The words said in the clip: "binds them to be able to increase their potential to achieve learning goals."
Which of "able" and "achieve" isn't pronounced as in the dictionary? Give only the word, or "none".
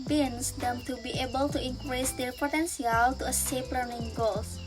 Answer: achieve